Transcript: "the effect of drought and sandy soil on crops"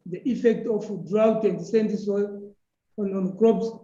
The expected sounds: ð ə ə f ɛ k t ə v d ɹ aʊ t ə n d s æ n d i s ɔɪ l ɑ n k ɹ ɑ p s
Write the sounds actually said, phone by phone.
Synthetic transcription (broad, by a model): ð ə ə f ɛ k t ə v d ɹ aʊ t ə n d s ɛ n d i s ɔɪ n ɑ n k ɹ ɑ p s